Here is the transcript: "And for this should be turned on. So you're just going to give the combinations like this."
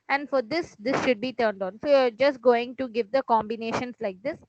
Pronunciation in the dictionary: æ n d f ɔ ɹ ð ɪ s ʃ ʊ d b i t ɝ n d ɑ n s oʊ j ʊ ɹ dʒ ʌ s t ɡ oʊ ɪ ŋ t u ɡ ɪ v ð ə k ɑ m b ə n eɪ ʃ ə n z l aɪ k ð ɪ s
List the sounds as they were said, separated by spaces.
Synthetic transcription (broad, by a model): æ n d f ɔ ɹ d ɪ s ʃ ʊ d b i t ɝ n d ɑ n s oʊ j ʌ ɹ dʒ ʌ s t ɡ oʊ ɪ ŋ t u ɡ ɪ v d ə k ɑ m b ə n eɪ ʃ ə n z l aɪ k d ɪ s